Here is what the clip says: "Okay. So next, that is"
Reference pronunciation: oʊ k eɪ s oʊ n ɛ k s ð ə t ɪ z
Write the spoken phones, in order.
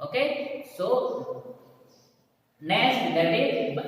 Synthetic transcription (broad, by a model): oʊ k eɪ s oʊ n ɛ s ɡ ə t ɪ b